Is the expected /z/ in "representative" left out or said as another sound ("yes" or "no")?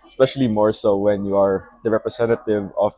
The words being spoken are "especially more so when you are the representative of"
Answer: yes